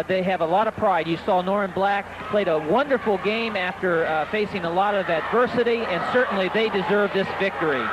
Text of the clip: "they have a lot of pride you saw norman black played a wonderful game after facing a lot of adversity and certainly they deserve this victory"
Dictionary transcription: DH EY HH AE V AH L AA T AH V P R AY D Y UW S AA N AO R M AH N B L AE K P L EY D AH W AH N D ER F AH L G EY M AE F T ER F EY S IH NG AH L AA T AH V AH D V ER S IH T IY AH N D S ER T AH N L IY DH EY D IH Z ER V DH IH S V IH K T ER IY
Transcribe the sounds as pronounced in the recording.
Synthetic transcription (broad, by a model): DH EY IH V AH L AA T AH V P R AY D Y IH S AA N AO R AH N B L AE K P L EY D AH W AH N D ER F L G EY M AE F T ER F EY S IH NG AH L AA T AH V AH D V ER S IH T IY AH N S ER T N L IY DH EY D IH Z ER V DH IH S V IH K T ER IY